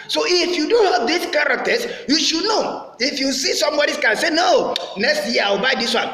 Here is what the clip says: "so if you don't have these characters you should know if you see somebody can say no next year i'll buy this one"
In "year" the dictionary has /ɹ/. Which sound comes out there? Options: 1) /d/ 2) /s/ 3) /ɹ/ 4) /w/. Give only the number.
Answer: 4